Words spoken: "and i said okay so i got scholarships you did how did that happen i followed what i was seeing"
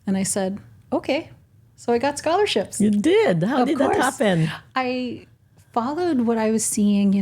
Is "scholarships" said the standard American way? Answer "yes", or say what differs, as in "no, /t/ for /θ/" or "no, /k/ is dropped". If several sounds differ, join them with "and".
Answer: yes